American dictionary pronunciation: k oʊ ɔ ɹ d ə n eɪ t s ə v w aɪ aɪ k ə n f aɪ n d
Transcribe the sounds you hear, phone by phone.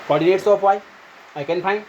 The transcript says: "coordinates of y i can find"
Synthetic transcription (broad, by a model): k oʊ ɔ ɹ d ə n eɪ t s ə p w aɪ aɪ k ə n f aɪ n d